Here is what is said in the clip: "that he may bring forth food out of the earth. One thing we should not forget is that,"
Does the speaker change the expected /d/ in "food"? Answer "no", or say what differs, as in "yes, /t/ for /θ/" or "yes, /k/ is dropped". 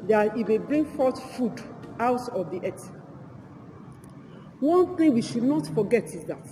no